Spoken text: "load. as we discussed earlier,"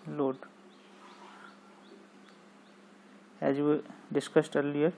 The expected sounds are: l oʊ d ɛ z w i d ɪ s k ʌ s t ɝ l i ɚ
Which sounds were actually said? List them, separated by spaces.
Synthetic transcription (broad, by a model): l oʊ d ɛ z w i d ɪ s k ʌ s t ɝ l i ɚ